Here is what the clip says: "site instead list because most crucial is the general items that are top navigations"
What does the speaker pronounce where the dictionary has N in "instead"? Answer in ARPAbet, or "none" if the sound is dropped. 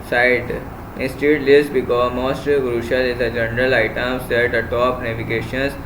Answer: none